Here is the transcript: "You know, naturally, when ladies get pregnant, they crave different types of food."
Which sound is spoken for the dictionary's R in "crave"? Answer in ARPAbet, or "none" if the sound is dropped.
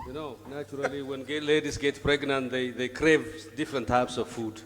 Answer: R